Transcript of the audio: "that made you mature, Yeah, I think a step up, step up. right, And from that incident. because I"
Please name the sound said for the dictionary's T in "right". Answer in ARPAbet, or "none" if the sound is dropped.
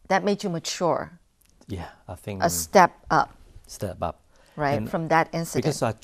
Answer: none